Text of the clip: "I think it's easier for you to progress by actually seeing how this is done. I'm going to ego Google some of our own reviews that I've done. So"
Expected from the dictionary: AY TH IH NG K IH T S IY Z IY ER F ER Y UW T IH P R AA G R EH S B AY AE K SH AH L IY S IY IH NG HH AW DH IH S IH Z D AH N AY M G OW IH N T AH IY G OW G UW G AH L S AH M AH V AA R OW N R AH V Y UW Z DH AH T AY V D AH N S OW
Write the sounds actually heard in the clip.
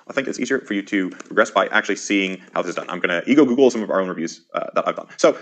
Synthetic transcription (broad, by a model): AY TH IH NG K IH T S IY Z IY ER F ER Y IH T IH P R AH G R EH S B AY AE K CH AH L IY S IY IH NG HH AW DH IH S IH Z D AH N AY M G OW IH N T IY G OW G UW G L S AH M AH V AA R OW N R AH V Y UW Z DH AH T AY V D AH N S OW